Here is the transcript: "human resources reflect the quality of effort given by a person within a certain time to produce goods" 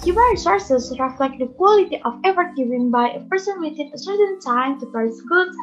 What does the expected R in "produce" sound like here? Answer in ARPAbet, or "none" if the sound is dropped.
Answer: none